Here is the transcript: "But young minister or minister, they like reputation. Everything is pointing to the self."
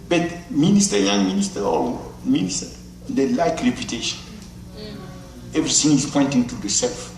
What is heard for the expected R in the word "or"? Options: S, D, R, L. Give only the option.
L